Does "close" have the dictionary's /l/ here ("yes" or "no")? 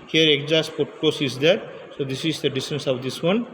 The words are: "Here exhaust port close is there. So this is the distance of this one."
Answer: no